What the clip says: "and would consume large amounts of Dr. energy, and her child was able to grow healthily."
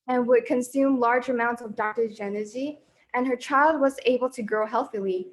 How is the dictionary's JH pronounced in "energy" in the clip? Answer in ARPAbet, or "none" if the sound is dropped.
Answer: Z